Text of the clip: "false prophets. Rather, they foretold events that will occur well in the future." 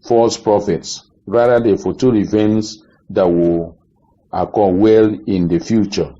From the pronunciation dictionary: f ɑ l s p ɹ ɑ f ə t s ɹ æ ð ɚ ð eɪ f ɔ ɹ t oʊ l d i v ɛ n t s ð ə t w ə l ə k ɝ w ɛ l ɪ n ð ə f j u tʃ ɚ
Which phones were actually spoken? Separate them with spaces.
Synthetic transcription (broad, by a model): f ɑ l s p ɹ ɑ f ə t s ɹ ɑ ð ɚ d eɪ f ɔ t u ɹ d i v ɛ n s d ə t w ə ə k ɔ w ɛ l ɪ n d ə f j u tʃ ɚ